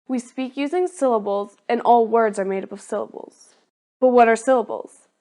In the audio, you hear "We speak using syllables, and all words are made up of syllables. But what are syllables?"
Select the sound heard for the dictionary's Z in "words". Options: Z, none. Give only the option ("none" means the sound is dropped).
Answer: Z